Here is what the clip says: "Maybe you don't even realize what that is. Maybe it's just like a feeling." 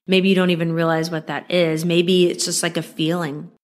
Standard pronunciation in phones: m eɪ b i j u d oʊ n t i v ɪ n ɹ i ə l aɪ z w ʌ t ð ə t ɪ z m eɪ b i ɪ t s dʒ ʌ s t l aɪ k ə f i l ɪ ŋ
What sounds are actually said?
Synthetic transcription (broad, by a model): m eɪ b i j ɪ d oʊ n t i v ɪ n ɹ i ə l aɪ z w ʌ t ð ə t ɪ z m eɪ b i ɪ t s dʒ ʌ s t l aɪ k ə f i l ɪ ŋ